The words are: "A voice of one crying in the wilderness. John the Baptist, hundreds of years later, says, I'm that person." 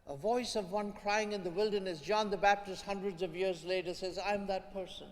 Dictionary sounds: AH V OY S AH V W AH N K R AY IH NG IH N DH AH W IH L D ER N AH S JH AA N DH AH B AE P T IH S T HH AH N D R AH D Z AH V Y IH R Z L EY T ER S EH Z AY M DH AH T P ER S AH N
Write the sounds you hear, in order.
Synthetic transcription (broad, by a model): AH V OY S AH V W AH N K R AY IH NG IH N DH AH W IH L D ER N AH S JH AA N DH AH B AE P T IH S T HH AH N D R AH D Z AH V Y IH R Z L EY T ER S EH Z AY M DH AH T P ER S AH N